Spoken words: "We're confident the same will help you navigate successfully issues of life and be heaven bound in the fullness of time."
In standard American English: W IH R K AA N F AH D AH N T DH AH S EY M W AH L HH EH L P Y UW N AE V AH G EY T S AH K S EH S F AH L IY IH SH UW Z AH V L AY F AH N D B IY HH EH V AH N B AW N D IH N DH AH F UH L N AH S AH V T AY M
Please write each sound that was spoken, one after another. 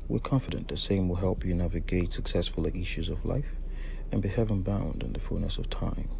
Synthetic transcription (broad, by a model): W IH R K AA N F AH D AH N DH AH S EY M W AH L HH EH L P Y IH N AE V AH G EY T S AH K S EH S F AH L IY IH SH UW Z AH V L AY F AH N B IY HH EH V AH N B AW N D IH N DH AH F UH L N AH S AH V T AY M